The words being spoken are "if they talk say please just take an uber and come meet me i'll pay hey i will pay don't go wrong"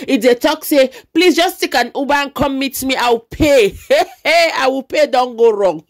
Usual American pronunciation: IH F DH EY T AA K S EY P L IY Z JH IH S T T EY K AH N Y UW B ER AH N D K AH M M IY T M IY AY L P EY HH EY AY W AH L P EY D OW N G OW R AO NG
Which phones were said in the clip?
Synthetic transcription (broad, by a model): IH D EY T AA K S EY P L IY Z JH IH S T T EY K AH N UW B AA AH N K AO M M IY T M IY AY W P EY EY AY W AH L P EY D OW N G OW R AO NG